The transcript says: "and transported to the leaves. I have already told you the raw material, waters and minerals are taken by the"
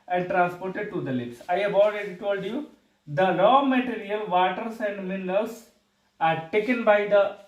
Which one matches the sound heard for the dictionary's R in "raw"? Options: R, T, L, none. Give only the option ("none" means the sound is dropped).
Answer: L